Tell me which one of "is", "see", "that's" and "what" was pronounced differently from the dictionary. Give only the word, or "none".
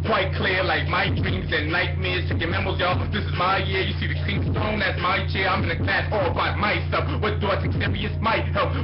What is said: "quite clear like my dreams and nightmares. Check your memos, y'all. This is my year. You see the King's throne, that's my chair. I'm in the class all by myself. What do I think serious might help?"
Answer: none